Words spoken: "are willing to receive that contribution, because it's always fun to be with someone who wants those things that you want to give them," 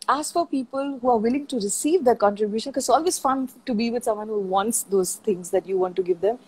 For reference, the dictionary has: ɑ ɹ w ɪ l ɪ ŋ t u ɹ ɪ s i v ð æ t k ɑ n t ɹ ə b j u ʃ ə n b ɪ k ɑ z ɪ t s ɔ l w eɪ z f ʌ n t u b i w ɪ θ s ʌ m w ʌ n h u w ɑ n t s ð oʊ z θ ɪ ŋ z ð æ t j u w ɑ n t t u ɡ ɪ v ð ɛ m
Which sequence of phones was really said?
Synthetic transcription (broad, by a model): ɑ ɹ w ɪ l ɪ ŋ t u ɹ ɪ s i v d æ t k ɑ n t ɹ ə b j u ʃ ə n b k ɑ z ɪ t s ɔ l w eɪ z f ʌ n t u b i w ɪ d s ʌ m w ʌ n h u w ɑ n t s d oʊ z t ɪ ŋ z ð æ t j u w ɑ n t t u ɡ ɪ v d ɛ m